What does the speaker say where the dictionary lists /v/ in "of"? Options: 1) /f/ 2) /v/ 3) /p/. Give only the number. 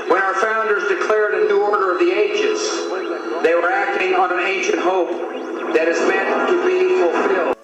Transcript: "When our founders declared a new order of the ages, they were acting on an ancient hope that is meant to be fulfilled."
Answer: 2